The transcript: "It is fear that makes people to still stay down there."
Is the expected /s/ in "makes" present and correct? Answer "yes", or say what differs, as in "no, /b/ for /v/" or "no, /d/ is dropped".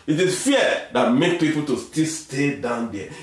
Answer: no, /s/ is dropped